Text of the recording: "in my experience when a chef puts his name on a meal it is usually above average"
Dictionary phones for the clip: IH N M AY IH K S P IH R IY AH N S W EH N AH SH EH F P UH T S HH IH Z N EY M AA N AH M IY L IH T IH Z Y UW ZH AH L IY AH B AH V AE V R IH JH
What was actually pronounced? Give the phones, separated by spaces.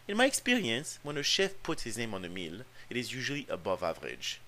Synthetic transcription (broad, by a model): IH N M AY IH K S P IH R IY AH N S W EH N AH SH EH F P UH T S HH IH Z N EY M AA N AH M IY L IH T IH Z Y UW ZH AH L IY AH B AH V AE V R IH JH